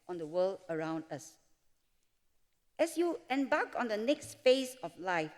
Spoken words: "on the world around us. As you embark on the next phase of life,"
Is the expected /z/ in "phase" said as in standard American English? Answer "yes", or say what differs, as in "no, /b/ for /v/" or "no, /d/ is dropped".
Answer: no, /s/ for /z/